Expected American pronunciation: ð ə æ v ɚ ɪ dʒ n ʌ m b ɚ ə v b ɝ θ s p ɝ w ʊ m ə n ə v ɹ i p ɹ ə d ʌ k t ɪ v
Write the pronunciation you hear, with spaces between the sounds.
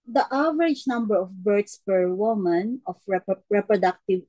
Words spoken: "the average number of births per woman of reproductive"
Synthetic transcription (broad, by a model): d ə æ v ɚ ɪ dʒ n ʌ m b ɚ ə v b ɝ t s p ɝ w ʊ m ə n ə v ɹ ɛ p ɹ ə d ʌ k t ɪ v